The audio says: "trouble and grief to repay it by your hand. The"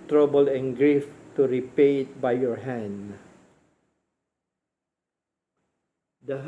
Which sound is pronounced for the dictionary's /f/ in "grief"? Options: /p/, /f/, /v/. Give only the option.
/f/